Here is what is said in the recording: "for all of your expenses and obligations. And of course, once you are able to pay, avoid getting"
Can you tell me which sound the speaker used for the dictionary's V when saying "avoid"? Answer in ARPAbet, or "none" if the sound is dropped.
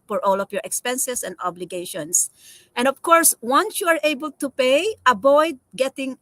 B